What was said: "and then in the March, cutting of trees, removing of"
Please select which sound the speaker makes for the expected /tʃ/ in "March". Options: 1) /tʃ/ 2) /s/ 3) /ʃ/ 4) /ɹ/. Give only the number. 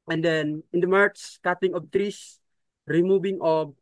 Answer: 2